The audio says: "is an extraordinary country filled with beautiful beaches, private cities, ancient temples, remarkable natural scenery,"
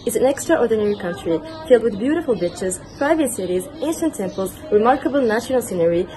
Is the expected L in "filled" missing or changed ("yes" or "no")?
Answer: no